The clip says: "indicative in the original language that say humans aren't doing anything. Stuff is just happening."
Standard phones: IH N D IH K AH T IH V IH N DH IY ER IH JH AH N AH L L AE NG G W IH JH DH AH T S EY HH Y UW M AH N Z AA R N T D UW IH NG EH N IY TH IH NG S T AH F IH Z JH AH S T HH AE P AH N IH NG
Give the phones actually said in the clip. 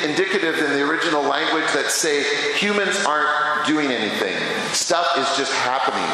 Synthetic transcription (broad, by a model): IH N D IH K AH T IH V IH N DH IY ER IH JH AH N L L AE NG G W IH JH DH AH T S EY HH Y UW M AH N Z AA R N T D UW IH NG EH N IY TH IH NG S T AH F IH Z JH AH S T HH AE P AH N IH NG